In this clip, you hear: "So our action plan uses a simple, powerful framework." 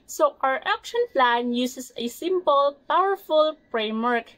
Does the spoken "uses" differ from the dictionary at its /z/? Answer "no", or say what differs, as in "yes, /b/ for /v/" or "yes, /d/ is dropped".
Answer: yes, /s/ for /z/